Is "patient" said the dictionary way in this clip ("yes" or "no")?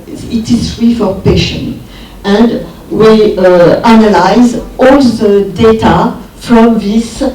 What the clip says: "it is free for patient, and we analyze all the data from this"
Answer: no